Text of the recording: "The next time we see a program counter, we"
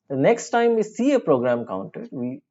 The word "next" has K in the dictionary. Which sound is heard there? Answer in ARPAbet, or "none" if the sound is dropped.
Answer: K